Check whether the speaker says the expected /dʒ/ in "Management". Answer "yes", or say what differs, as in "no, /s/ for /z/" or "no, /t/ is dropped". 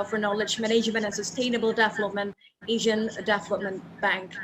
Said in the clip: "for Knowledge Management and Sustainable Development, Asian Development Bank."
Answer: no, /ʒ/ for /dʒ/